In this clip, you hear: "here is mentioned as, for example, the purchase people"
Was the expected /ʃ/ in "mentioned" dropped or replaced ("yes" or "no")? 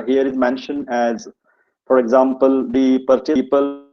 no